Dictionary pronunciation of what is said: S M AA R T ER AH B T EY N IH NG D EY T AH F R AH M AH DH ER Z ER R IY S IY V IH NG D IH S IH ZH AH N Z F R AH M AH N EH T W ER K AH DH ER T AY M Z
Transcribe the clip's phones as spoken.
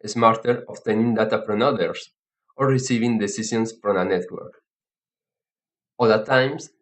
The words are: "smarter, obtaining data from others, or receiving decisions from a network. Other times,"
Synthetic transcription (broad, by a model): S M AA R T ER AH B T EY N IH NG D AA T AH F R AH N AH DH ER S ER R IY S IY V IH NG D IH S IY S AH N S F R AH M AH N EH T W ER K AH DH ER T AY M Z